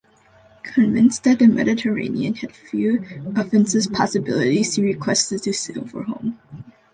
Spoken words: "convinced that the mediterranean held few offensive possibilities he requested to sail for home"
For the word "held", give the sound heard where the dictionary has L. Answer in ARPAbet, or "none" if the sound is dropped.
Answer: none